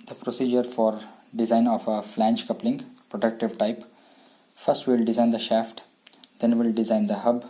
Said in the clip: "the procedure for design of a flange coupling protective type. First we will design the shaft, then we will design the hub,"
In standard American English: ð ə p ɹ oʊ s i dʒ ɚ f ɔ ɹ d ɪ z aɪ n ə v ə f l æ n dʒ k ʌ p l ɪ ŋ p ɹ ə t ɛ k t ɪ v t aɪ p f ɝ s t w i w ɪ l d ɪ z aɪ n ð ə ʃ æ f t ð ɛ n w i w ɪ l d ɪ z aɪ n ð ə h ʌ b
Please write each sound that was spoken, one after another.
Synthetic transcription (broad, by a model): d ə p ɹ oʊ s i dʒ ɚ f ɔ ɹ d ɪ z aɪ n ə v ə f l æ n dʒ k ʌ p l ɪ ŋ p ɹ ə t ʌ k t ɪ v t aɪ p f ɝ s t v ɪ l d ɪ z aɪ n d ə ʃ æ f t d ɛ n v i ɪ l d ɪ z aɪ n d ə h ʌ b